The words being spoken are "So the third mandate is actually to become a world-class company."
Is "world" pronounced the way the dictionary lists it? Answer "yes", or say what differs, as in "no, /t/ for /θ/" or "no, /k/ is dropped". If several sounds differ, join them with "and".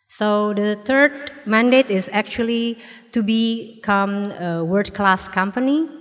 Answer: no, /l/ is dropped